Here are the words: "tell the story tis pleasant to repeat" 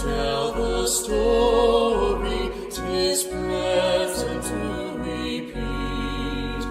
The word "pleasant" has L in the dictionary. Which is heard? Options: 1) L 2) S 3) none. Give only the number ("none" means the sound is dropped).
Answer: 3